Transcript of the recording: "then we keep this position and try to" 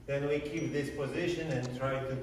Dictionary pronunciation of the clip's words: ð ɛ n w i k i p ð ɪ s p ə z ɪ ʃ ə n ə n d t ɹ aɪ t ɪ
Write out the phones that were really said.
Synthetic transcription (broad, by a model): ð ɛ n w i k i p ð ɪ s p ə z ɪ ʃ ə n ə n t ɹ aɪ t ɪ